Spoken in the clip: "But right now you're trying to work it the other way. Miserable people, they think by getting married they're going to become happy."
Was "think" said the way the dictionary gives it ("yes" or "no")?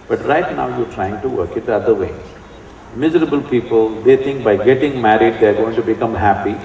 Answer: no